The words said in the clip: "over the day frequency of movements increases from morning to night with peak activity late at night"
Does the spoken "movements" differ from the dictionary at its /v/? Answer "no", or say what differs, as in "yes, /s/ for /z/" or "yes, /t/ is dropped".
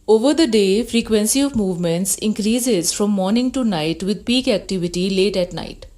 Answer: no